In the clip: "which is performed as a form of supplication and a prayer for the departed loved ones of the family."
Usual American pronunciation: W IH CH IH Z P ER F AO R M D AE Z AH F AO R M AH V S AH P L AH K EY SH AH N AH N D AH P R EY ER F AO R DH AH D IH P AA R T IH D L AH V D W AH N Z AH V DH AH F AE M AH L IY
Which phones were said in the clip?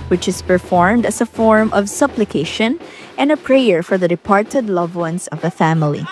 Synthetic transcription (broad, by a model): W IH CH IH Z P ER F AO R M D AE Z AH F AO R M AH V S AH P L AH K EY SH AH N AH N D AH P R EY ER F AO R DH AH D IH P AA R T IH D L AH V W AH N S AH V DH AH F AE M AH L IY